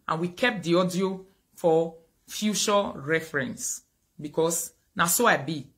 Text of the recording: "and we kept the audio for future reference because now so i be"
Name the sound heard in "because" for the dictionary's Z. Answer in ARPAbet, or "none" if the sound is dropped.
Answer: S